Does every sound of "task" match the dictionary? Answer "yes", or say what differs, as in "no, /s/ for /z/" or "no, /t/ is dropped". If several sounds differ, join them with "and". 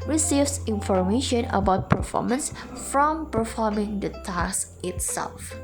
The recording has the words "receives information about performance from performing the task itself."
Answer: no, /k/ is dropped